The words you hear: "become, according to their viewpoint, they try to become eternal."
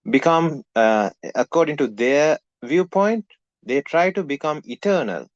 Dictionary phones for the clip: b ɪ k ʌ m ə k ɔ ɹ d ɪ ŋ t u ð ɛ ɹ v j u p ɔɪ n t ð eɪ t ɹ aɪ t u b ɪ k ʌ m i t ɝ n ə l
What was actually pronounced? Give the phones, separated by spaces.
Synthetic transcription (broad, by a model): b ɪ k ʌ m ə k ɔ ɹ d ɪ ŋ t u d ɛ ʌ v j u p ɔɪ n t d eɪ t ɹ aɪ t u b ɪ k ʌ m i t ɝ n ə l